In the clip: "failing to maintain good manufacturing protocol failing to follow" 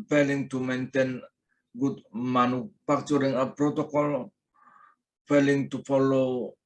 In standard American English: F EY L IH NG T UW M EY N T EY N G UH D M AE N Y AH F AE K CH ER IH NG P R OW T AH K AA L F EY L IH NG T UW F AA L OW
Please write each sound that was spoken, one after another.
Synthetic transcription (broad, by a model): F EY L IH NG T UW M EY N T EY N G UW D M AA N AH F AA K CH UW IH NG P R OW T AH K AA L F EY L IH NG T UW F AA L OW